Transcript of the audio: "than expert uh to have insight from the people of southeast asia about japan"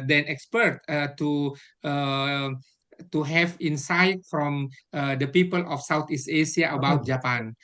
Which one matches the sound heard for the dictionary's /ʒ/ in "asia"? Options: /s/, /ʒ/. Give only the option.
/s/